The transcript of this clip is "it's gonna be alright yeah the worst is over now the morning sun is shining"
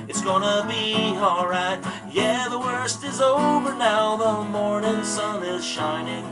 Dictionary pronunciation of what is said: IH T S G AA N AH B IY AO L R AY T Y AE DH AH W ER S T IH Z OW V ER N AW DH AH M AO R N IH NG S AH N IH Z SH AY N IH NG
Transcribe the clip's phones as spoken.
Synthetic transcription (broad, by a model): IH T S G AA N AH B IY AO R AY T Y AE DH AH W ER S T IH Z OW V ER N AW DH AH M AO R N IH NG S AH N IH Z SH AY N IH NG